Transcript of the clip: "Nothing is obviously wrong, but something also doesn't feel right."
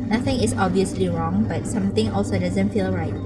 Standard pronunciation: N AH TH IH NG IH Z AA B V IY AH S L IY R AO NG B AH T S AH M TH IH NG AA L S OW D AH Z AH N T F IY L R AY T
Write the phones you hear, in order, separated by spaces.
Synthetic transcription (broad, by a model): N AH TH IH NG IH S AA B V IY AH S L IY R AO NG B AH T S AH M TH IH NG AA L S OW D AH Z AH N T F IY L R AY T